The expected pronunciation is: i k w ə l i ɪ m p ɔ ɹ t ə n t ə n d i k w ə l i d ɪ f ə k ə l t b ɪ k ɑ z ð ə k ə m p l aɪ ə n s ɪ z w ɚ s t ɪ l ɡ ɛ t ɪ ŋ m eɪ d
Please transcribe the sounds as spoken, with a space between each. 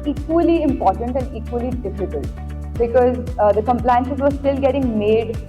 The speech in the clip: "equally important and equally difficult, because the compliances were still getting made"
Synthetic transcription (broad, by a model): i k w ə l i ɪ m p ɔ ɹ t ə n t ə n d i k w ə l i d ɪ f ə k ə l t b ɪ k ɑ z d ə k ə m p l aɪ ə n ʃ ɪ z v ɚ s t ɪ l ɡ ɛ t ɪ ŋ m eɪ d